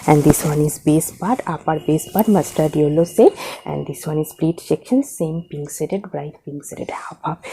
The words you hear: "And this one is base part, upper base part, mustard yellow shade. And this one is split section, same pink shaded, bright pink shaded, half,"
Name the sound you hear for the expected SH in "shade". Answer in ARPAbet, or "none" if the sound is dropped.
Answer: S